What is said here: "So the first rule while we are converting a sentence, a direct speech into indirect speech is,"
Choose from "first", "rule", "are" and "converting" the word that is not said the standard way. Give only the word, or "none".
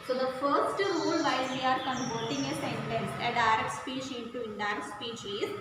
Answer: converting